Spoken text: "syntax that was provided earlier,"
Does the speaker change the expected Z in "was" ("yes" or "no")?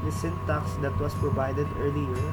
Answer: yes